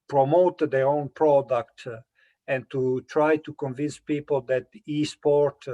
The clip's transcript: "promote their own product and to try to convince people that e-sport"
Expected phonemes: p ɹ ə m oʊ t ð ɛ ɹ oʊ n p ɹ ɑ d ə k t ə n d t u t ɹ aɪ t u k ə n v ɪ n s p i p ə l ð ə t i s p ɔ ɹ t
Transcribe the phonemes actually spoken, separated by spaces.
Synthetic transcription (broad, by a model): p ɹ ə m oʊ t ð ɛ ɹ oʊ n p ɹ ɑ d ə k t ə n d t u t ɹ aɪ t u k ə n v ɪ n s p i p ə l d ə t i s p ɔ ɹ t